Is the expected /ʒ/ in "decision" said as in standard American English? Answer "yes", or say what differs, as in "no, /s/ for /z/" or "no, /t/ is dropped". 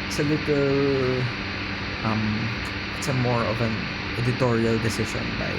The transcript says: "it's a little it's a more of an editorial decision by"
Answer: no, /ʃ/ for /ʒ/